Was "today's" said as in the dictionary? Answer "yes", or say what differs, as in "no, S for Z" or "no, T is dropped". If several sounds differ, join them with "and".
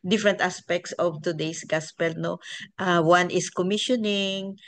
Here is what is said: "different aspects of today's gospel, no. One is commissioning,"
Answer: no, S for Z